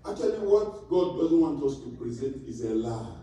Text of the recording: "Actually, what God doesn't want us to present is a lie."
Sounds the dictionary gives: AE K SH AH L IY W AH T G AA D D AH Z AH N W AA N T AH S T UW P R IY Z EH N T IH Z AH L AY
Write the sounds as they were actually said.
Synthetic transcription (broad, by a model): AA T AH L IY W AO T G AA D D AH Z AH N W AA N T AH S T UW P R IY Z EH N T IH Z AH L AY